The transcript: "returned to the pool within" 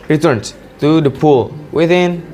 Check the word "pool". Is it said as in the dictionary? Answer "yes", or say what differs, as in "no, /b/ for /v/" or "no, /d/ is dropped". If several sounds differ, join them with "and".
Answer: yes